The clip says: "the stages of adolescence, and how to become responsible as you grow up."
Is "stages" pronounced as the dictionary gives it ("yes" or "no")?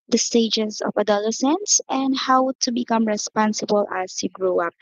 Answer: no